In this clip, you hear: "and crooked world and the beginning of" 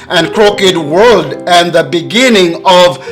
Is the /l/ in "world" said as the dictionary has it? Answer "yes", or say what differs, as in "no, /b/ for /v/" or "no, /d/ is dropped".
yes